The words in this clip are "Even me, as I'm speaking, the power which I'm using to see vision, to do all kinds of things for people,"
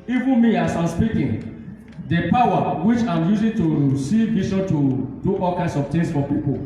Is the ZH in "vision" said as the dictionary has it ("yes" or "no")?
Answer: no